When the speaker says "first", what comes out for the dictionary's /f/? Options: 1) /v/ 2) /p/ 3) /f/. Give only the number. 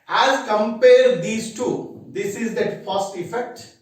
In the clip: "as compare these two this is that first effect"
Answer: 2